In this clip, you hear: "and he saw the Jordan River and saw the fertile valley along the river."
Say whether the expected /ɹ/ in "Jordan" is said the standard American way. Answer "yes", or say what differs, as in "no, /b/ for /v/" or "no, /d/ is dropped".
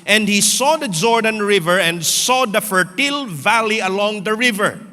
yes